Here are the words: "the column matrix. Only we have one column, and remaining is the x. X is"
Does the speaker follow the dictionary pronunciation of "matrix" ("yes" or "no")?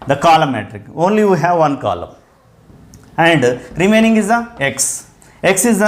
no